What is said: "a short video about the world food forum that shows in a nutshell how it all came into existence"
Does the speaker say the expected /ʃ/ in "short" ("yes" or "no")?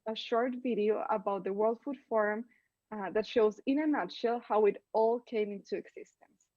yes